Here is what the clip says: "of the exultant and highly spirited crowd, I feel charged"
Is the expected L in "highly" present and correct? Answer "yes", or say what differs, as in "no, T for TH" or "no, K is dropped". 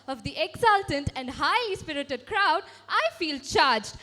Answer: no, L is dropped